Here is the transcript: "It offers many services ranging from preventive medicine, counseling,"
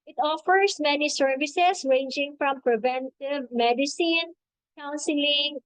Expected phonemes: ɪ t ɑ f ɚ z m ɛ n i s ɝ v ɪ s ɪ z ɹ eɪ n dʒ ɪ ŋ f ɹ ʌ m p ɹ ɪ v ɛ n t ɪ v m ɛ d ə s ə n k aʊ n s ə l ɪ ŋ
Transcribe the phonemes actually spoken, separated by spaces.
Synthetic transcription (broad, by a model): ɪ t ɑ f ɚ s m ɛ n i s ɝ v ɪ s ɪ s ɹ eɪ n dʒ ɪ ŋ f ɹ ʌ m p ɹ ɪ v ɛ n t ɪ v m ɛ d ə s ə n k aʊ n s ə l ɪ ŋ